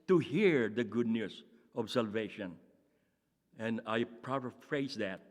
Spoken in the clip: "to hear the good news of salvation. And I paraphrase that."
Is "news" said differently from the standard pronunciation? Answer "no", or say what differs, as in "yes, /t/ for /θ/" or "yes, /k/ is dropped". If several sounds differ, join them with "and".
yes, /s/ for /z/